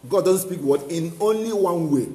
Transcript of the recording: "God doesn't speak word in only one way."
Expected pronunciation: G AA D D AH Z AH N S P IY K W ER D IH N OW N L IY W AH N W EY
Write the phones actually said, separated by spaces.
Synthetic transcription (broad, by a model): G AA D D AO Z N S P IY K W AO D IH N OW N L IY W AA N W EY